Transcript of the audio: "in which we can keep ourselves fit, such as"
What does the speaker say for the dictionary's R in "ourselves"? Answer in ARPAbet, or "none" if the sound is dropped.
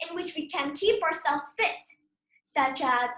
R